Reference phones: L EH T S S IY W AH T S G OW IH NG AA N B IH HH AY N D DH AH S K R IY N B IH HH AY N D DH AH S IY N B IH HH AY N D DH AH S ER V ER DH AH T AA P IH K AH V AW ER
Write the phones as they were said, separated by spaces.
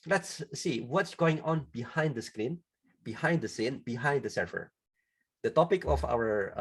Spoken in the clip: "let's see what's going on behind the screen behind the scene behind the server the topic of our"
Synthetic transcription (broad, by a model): L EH T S S IY W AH T S G OW IH NG AA N B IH HH AY N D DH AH S K R IY N B IH HH AY N D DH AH S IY N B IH HH AY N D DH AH S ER F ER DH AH T AA P IH K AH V AW ER